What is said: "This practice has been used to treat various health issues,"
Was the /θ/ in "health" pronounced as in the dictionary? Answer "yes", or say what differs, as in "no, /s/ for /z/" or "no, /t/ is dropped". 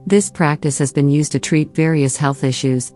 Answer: yes